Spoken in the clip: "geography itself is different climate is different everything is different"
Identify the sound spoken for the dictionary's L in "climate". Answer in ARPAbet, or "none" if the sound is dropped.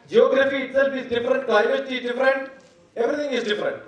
none